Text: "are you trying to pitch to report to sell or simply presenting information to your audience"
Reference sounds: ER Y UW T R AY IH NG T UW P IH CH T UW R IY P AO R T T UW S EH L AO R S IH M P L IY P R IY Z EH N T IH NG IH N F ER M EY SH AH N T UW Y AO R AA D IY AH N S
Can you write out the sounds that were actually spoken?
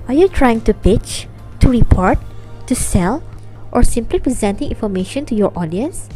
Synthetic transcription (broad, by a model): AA Y UW T R AY IH NG T UW P IH CH T UW R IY P AO R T T UW S EH L AO R S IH M P L IY P R IY Z EH N T IH NG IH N F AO M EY SH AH N T UW Y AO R AA D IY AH N S